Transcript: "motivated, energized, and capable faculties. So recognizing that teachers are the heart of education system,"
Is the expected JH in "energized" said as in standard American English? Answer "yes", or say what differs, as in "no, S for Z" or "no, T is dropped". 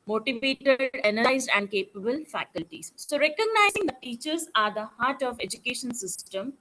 no, JH is dropped